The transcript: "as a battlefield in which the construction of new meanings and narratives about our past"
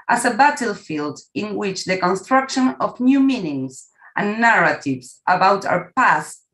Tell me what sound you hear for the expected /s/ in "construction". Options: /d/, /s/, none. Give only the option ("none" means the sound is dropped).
/s/